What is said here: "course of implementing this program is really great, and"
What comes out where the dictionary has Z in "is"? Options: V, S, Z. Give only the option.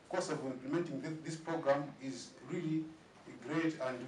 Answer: Z